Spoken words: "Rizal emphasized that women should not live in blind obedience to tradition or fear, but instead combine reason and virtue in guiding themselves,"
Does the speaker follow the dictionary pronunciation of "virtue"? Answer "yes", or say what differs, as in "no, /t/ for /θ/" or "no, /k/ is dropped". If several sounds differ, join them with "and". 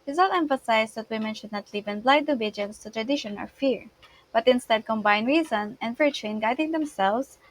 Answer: yes